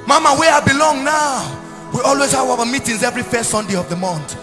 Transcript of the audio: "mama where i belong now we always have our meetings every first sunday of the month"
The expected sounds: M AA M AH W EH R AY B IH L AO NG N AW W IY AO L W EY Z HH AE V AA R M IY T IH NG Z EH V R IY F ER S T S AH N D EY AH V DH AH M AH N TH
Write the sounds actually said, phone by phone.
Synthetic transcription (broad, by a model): M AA M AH W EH AY B IH L AO NG N AW W IY AO L W EY Z HH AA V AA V M IY T IH NG Z EH V R IY F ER S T S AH N D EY AH V DH AH M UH N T